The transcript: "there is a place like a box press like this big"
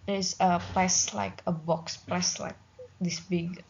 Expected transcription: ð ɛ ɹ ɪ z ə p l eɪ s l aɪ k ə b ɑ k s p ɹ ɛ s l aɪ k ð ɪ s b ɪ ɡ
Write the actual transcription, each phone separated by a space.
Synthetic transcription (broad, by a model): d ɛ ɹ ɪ s ə p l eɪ s l aɪ k ə b ɑ k s p l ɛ s l aɪ k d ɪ s b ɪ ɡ